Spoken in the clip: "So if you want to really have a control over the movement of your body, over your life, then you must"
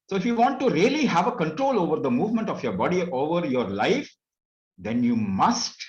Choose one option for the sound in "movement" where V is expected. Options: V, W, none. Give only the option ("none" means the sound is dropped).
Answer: V